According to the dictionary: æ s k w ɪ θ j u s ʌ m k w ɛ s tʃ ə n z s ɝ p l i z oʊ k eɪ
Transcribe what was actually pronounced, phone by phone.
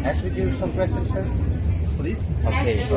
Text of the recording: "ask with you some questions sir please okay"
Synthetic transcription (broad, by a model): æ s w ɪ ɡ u s ʌ m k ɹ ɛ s ə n s ɝ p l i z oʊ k eɪ